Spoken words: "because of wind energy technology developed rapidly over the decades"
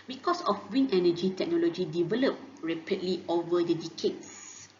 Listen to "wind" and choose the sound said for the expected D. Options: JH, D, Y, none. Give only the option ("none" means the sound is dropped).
none